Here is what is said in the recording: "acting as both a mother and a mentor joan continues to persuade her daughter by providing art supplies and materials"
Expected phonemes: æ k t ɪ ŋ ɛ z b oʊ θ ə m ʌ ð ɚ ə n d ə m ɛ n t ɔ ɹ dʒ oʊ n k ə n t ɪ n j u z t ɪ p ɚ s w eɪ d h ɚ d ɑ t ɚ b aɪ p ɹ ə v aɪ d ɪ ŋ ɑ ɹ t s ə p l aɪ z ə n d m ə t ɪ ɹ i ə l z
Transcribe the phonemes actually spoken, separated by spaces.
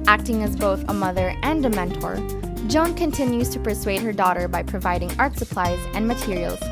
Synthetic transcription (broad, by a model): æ k t ɪ ŋ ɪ z b oʊ θ ə m ʌ ð ɚ ə n d ə m ɛ n t ɔ ɹ dʒ oʊ n k ə n t ɪ n j u z t ɪ p ɚ s w eɪ d h ɚ d ɑ t ɚ b aɪ p ɹ ə v aɪ d ɪ ŋ ɑ ɹ t s ə p l aɪ z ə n m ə t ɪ ɹ i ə l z